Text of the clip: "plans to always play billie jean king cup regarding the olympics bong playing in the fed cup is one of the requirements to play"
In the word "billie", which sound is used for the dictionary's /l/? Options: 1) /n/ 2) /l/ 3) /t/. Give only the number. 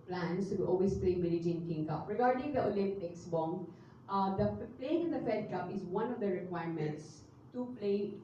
1